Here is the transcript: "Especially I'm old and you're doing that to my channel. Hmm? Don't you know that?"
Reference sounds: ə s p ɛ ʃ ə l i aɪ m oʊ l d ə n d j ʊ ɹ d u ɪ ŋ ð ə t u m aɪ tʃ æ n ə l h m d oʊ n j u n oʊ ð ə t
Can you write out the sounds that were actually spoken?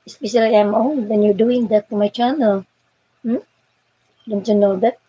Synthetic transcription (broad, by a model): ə s p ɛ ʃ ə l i aɪ m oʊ n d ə n j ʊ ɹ d u ɪ ŋ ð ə t u m aɪ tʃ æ n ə l m d oʊ n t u n oʊ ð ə t